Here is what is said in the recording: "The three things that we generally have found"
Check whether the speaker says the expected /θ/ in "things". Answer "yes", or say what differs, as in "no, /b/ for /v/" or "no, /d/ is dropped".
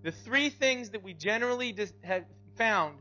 yes